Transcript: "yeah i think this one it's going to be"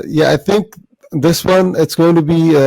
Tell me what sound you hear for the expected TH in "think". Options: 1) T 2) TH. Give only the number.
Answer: 2